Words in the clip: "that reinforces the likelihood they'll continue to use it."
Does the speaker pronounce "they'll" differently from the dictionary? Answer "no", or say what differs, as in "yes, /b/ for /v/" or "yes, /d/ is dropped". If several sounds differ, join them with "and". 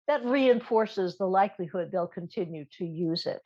no